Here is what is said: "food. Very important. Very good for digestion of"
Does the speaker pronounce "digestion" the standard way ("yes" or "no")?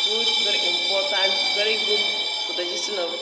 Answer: no